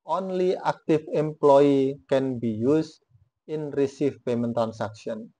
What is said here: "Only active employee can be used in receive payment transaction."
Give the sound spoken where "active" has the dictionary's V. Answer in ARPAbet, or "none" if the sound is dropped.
F